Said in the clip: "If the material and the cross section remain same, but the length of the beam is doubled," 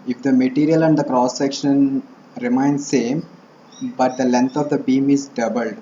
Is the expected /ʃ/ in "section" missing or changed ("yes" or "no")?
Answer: no